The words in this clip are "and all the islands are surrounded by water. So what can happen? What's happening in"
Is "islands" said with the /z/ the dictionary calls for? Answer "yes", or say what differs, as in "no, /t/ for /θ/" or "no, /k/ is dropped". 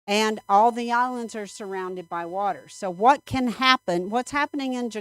yes